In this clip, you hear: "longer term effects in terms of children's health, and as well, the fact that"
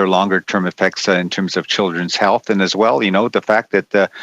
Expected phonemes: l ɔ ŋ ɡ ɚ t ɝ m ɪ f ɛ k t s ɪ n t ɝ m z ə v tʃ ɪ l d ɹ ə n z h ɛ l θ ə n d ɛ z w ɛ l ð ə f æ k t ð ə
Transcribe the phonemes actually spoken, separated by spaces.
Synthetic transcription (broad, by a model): l ɔ ŋ ɡ ɚ t ɝ m ɪ f ɛ k t s ɪ n t ɝ m z ə v tʃ ɪ l d ɹ ə n z h ɛ l θ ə n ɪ z w ɛ l ð ə f æ k t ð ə